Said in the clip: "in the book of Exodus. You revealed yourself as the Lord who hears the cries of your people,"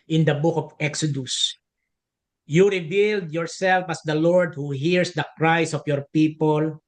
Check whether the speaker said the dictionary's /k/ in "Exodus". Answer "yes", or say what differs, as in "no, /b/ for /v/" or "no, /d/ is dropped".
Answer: yes